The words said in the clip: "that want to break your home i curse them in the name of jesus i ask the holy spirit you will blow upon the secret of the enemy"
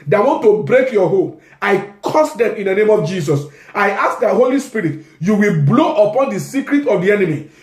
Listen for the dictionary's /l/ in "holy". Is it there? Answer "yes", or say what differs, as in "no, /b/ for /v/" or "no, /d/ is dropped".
yes